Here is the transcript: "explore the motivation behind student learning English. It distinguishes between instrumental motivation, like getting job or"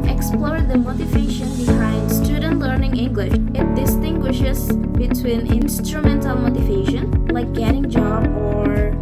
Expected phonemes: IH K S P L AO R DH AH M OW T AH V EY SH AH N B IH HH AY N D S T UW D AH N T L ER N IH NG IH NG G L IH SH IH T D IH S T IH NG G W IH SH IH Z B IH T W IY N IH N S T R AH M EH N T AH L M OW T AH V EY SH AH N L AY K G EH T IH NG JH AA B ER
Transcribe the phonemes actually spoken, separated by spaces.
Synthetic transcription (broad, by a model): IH K S P L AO R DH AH M OW T AH V EY SH AH N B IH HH AY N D S T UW D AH N T L ER N IH NG IH NG G L IH SH IH T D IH S T IH NG G W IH SH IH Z B IH T W IY N IH N S T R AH M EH N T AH N M OW T AH V EY SH AH N L AY K G EH T IH NG JH AA B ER